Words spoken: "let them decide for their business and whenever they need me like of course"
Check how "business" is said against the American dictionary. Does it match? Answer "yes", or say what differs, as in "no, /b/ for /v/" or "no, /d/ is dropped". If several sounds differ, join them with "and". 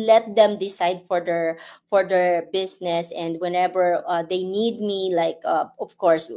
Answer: no, /s/ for /z/